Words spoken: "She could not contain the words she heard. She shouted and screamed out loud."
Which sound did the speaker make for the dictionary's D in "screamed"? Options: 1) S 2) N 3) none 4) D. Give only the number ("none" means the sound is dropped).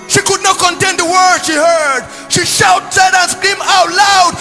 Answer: 3